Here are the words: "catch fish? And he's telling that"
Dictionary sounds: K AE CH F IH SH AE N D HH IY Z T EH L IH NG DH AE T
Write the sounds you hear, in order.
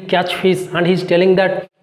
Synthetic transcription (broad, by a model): K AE CH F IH S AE N D HH IY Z T EH L IH NG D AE T